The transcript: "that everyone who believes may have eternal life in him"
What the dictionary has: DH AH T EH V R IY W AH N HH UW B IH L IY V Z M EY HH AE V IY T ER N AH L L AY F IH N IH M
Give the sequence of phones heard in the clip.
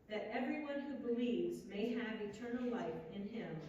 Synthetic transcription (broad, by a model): DH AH T EH V R IY W AH N HH UW B IH L IY V Z M EY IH V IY T ER N L L AY F IH N IH M